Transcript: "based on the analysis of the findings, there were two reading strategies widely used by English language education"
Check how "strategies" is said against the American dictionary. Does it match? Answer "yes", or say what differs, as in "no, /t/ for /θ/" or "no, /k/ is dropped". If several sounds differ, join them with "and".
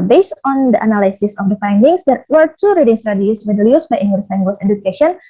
no, /dʒ/ is dropped and /s/ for /z/